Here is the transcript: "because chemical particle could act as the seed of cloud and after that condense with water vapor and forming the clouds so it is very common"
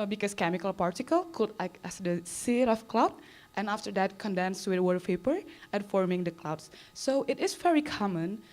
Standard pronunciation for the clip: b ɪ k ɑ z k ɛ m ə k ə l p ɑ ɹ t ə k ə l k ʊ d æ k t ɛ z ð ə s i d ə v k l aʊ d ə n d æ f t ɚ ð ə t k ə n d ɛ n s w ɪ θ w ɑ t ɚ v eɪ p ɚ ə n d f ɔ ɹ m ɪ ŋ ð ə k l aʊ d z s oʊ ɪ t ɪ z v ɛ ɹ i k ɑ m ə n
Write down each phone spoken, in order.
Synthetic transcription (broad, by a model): b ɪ k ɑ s k ɛ m ə k ə l p ɑ ɹ t ə k ə l k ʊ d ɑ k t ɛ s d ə s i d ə f k l aʊ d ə n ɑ f t ɚ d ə t k ə n d ɛ n s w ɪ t w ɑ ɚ p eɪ p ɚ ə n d f ɔ ɹ m ɪ ŋ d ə k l aʊ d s s oʊ ɪ t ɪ s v ɛ ɹ i k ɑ m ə n